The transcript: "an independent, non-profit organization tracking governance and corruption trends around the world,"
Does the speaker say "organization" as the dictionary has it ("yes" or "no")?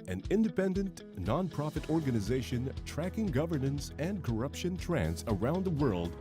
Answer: yes